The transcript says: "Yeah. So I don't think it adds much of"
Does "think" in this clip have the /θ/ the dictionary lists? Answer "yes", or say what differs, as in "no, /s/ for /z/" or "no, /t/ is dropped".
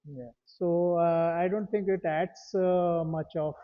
no, /t/ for /θ/